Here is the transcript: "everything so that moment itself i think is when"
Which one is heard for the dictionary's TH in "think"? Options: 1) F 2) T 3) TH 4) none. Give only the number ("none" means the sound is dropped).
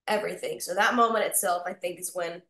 3